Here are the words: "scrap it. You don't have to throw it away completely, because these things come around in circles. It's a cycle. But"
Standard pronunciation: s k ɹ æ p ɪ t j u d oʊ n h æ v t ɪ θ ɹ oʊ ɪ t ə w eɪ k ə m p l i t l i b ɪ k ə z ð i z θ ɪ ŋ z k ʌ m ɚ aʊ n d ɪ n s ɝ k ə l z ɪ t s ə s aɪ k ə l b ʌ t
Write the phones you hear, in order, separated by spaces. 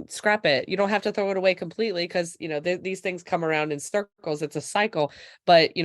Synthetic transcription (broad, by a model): s k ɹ æ p ɪ t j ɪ d oʊ n h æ f t ɪ θ ɹ oʊ ɪ t ə w eɪ k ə m p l i t l i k ɪ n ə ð ð i z θ ɪ ŋ z k ʌ m ɚ aʊ n d ɪ n s ɝ k l z ɪ t s ə s aɪ k l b ʌ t